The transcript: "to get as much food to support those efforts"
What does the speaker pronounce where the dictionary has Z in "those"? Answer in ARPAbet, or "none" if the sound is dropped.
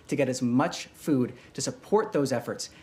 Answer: Z